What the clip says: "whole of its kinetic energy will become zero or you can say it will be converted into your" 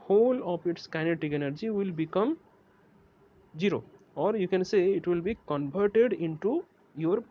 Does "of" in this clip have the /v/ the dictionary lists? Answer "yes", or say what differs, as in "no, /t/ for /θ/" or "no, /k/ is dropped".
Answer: no, /p/ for /v/